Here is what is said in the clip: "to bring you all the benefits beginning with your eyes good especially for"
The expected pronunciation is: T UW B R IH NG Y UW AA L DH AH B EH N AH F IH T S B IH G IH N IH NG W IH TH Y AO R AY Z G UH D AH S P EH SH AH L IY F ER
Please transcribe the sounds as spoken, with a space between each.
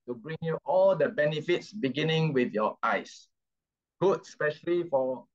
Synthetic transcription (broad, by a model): T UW B R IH NG Y UW AA L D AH B EH N AH F IH T S B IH G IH N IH NG W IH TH Y AO AY S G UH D S P EH SH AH L IY F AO